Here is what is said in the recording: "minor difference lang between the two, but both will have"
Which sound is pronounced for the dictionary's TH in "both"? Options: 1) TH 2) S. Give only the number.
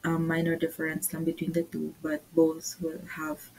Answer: 2